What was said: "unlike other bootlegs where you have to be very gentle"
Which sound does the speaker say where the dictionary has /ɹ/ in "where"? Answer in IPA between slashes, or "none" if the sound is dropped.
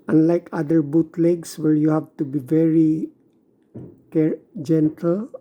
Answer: /l/